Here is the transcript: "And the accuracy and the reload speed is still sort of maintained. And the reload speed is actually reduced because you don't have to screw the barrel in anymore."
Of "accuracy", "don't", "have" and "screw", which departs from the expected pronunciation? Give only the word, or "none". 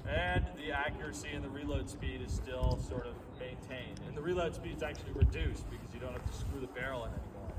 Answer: have